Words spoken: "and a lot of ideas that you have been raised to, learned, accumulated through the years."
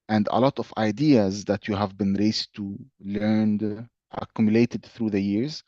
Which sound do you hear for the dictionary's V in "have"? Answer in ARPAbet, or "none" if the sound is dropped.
V